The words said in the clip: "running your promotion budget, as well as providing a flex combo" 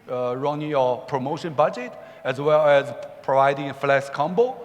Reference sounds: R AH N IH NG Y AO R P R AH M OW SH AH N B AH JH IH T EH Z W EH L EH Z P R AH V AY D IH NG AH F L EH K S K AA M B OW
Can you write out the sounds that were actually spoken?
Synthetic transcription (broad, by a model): R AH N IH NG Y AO P R AH M OW SH AH N B AH JH IH T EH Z W EH L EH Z P R AH V AY D IH NG AH F L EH S K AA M B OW